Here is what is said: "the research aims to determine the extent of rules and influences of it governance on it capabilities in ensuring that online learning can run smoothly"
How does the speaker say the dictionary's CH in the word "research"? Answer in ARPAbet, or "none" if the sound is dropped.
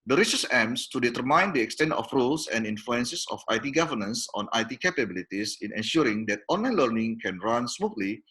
S